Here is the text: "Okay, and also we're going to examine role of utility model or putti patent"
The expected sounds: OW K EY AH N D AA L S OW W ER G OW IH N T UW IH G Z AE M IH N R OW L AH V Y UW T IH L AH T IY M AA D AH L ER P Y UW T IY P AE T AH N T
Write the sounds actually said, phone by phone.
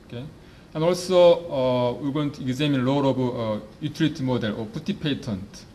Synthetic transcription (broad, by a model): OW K EY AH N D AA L S OW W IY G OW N T UW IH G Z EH M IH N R OW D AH B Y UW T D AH T M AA D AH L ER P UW T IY P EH T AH N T